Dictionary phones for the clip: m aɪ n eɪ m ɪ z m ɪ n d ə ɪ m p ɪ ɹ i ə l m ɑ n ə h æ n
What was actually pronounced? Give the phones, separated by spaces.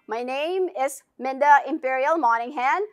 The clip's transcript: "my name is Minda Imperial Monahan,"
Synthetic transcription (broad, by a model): m aɪ n eɪ m ɪ s m ɪ n d ə ɪ m p ɪ ɹ i ə l m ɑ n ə h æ n